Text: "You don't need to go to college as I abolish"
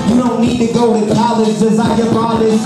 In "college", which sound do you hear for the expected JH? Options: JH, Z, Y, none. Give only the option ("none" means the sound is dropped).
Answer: Z